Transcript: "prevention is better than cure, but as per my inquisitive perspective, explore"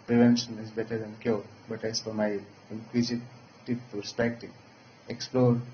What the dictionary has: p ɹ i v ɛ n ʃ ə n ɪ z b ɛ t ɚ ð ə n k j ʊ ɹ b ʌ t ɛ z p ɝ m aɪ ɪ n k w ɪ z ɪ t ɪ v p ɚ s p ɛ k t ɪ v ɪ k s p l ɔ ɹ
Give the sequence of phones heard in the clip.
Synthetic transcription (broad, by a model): p ɹ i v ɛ n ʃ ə n ɪ z b ɛ t ɚ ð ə n k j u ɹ b ʌ t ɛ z f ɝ m aɪ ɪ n k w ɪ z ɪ t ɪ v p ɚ s p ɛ k t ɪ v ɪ k s p l ɔ ɹ